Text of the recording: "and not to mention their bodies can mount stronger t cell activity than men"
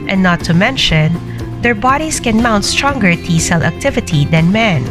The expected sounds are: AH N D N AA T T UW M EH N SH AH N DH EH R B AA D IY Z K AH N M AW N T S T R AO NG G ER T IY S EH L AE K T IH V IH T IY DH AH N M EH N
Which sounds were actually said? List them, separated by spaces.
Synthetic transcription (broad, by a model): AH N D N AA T T UW M EH N SH AH N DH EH R B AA D IY S K AH N M AW N T S T R AO NG G ER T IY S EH L AE K T IH V IH T IY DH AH N M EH N